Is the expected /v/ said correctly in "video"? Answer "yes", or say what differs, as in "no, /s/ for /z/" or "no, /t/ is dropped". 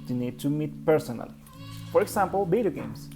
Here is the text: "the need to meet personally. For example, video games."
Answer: no, /b/ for /v/